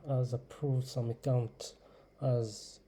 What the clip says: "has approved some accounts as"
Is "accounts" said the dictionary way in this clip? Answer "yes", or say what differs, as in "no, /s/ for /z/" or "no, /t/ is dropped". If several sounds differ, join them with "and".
no, /s/ is dropped